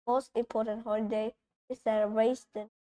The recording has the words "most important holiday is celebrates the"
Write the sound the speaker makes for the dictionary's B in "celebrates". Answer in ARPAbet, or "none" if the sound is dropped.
none